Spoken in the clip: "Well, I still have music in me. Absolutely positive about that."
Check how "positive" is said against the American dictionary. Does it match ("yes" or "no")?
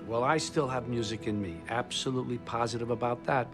yes